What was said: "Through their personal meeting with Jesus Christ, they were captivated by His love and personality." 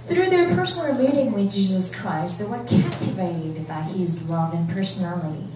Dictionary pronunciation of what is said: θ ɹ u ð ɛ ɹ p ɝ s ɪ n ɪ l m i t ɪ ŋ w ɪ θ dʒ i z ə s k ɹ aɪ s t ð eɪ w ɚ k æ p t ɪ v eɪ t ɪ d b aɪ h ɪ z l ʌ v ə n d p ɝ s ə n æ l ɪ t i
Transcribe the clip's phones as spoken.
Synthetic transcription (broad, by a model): θ ɹ u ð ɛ ɹ p ɝ s n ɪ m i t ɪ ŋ w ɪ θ dʒ i z ə s k ɹ aɪ s t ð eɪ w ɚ k æ p t ɪ v eɪ t ɪ d b aɪ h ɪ z l ʌ v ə n p ɝ s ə n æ l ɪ t i